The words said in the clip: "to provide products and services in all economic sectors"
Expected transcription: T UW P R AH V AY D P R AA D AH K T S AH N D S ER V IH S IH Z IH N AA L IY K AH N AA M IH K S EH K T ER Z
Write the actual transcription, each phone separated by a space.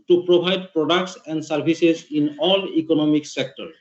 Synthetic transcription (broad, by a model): T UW P R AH B AY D P R AA D AH K T S AH N D S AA B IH S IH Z IH N AA L IY K AH N AA M IH K S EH K T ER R